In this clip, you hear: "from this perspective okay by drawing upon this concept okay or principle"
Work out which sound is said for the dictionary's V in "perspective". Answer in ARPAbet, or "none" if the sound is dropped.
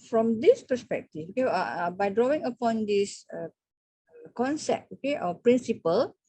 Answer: F